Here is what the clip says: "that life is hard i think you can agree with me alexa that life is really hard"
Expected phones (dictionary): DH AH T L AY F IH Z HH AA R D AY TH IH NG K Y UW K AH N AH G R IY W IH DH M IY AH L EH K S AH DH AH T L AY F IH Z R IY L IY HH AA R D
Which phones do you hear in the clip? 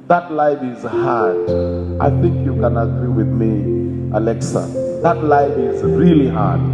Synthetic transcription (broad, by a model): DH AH T L AY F IH Z HH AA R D AY TH IH NG K Y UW K AH N AH G R IY W IH DH M IY AH L EH K S AH DH AH T L AY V IH Z R IY L IY HH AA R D